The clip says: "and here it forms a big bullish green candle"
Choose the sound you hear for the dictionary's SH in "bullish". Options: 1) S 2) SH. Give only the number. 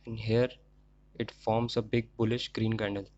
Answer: 2